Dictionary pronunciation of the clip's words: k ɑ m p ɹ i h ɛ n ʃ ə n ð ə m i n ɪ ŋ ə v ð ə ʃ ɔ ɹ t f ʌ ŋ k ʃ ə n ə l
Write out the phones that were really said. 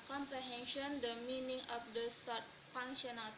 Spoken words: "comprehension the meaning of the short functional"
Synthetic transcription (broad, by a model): k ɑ m p ɹ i h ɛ n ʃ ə n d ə m i n ɪ ŋ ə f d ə s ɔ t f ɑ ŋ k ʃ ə n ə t